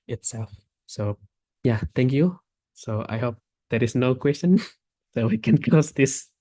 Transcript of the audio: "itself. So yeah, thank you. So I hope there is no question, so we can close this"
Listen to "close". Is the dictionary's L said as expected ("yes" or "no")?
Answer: no